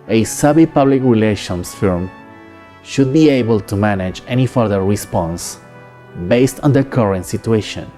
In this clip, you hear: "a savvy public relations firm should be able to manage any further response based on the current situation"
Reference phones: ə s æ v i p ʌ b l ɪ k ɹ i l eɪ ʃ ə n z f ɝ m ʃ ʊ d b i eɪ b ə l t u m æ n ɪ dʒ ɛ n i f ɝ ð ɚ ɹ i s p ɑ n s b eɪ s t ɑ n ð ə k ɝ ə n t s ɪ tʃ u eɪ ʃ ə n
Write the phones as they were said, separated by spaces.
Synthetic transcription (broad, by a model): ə s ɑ b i p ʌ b l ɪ k ɹ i l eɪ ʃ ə n s f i m ʃ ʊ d b i eɪ b ə l t u m æ n ɪ dʒ ɛ n i f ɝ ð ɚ ɹ i s p ɑ n s b eɪ s t ɑ n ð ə k ɝ ə n t s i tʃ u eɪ ʃ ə n